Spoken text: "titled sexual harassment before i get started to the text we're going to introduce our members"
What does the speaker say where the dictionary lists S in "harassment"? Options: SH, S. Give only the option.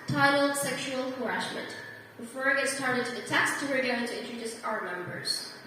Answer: SH